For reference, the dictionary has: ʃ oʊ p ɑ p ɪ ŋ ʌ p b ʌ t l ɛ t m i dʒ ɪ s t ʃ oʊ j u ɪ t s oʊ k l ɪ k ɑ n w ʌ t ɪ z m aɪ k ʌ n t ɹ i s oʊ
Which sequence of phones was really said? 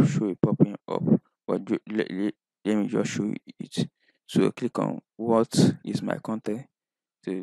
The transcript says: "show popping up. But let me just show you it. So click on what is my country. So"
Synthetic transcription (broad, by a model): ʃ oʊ p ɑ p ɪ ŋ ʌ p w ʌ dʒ l ɛ t m i dʒ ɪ s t ʃ oʊ ɪ t s oʊ k l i k ɑ n w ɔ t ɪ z m aɪ k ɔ n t i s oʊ